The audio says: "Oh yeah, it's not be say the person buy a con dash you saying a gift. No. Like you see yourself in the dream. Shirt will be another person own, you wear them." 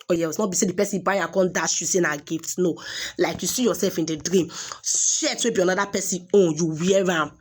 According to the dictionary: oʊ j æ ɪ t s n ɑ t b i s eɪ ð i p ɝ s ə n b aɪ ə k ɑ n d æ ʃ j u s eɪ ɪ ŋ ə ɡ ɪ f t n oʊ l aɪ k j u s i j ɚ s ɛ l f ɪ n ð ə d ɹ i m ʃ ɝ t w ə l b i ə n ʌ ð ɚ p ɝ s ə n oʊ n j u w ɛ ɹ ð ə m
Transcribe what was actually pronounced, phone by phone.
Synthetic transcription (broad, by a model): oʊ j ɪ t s n ɑ t b i s eɪ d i p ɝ s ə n b aɪ ə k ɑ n d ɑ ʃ j u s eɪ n ə ɡ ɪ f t n oʊ l aɪ k j u s i j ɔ s ɛ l f ɪ n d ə d ɹ i m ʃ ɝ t w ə b i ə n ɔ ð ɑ p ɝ s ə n oʊ n j u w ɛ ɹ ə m